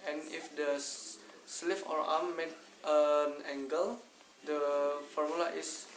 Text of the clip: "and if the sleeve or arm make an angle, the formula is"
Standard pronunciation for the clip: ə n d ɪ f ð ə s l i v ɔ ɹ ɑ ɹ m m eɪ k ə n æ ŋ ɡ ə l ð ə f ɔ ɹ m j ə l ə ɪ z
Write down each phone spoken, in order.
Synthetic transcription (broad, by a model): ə n ɪ f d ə s l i f ɔ ɹ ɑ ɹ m m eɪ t ə n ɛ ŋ ɡ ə l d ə f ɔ ɹ m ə l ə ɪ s